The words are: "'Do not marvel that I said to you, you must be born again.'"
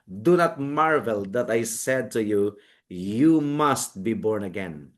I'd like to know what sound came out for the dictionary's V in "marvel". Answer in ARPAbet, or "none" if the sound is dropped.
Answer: V